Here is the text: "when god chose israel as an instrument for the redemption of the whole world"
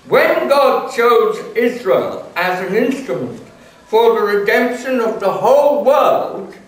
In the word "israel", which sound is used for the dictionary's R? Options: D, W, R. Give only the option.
R